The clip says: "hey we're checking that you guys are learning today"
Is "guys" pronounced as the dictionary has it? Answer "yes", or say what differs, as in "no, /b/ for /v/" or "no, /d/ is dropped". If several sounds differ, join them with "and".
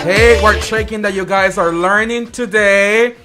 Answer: yes